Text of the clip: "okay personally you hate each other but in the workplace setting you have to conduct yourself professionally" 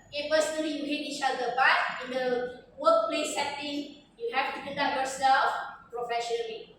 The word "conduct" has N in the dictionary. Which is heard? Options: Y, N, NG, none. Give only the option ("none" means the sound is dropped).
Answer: none